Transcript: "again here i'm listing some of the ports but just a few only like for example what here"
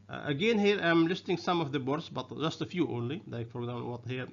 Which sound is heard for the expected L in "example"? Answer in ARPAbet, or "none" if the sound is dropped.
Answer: N